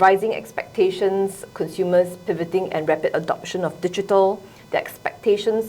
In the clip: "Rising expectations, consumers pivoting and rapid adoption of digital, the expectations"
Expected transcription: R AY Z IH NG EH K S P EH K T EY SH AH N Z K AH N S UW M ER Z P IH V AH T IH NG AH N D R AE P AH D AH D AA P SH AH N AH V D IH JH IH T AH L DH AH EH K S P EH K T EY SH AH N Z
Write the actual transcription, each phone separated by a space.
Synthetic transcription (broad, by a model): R AY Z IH NG EH K S P EH K T EY SH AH N S K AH N S UW M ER S P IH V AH T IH NG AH N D R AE P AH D AH D AA P SH AH N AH F D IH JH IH T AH L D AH EH K S P EH K T EY SH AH N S